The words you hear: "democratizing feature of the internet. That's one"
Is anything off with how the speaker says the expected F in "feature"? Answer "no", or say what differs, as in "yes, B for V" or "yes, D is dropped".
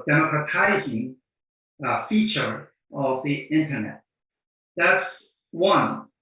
no